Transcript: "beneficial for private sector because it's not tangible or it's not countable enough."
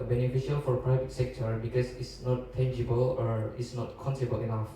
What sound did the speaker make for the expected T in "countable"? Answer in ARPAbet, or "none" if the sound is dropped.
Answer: S